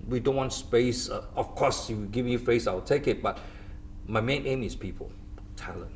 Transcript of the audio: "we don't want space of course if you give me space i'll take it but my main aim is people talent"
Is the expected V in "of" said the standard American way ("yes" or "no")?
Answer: no